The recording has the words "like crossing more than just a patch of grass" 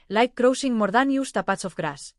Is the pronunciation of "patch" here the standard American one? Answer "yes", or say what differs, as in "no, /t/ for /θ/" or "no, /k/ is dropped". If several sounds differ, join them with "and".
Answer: no, /s/ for /tʃ/